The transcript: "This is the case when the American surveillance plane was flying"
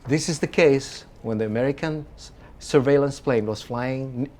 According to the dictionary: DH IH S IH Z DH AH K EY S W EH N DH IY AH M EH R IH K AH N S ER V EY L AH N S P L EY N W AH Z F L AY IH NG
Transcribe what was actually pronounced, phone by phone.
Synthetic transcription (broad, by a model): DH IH S IH Z DH AH K EY S W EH N DH IY AH M EH R IH K AH N S ER V EY L AH N S P L EY N W AH Z F L AY IH NG